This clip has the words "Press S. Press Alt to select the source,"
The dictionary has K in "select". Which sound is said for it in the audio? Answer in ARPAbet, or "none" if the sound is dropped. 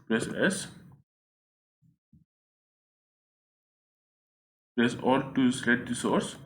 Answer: none